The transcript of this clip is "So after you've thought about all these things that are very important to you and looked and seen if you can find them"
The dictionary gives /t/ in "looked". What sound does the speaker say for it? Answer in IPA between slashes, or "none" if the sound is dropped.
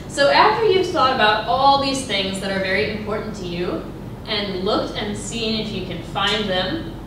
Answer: /t/